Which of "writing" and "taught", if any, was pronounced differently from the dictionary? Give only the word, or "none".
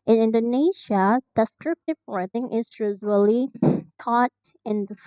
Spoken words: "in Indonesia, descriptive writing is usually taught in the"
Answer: writing